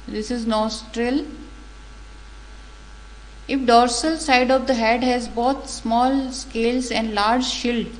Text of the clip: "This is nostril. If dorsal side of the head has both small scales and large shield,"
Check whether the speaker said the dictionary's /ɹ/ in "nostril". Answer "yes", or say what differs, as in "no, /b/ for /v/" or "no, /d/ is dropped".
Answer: yes